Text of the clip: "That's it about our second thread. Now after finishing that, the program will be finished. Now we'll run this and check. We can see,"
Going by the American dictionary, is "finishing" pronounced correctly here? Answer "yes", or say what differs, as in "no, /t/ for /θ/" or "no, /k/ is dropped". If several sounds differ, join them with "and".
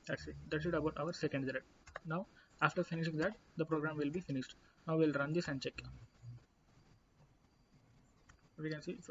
yes